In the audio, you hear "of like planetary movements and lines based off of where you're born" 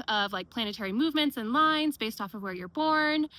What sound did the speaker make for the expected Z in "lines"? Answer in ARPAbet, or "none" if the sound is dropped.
Z